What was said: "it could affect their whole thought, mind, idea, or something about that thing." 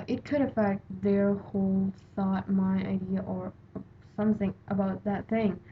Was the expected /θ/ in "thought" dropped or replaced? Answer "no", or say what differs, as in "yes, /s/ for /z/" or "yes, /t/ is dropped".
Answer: yes, /s/ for /θ/